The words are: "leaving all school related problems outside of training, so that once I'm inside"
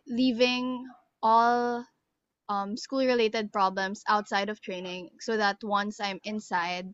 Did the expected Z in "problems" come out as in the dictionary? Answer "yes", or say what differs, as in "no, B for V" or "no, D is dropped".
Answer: no, S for Z